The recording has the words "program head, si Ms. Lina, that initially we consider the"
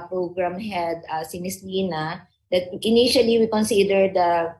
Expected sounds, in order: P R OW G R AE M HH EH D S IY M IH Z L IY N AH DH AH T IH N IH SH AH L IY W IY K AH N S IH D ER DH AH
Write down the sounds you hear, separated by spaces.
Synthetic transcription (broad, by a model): P R OW G R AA M HH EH D S IY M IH S L IY N AH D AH T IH N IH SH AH L IY W IY K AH N S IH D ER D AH